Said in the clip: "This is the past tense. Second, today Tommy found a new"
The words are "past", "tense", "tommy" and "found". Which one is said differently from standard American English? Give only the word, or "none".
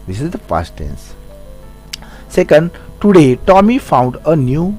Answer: past